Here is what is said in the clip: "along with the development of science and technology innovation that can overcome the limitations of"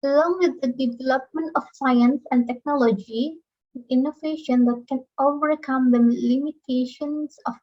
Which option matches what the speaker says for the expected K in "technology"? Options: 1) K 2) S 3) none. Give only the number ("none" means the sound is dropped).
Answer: 1